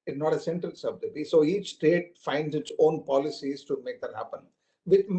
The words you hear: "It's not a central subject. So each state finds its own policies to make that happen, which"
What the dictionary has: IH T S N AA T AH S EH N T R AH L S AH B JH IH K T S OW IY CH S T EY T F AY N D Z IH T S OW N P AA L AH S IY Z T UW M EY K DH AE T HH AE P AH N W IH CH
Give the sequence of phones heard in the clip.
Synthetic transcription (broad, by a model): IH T N AA T AH S EH N T R AH L S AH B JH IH T S OW IY CH S T EY T F AY N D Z IH T S OW N P AA L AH S IY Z T UW M EY K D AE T HH AE P AH N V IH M